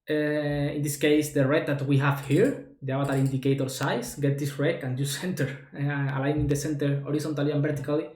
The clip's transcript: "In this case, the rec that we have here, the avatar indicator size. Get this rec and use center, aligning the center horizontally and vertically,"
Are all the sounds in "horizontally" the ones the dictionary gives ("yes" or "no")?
no